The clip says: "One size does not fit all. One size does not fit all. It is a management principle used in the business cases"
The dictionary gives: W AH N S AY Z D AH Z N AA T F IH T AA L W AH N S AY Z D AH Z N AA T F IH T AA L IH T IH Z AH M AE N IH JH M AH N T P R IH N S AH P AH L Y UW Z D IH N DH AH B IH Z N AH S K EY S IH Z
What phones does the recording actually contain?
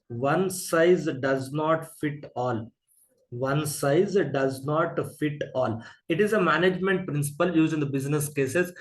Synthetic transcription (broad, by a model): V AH N S AY Z D AH Z N AA T F IH T AA L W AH N S AY Z D AH Z N AA T F IH T AA L IH T IH Z AH M AE N IH JH M AH N T P R IH N S AH P AH L Y UW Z IH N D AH B IH Z N AH S K EY S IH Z